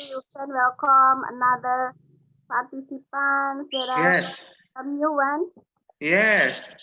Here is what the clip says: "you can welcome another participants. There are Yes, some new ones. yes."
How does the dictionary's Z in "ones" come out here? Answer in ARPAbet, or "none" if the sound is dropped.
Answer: none